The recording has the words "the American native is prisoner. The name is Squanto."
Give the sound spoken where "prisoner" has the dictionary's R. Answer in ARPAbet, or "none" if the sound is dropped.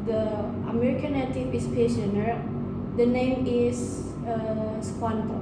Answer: none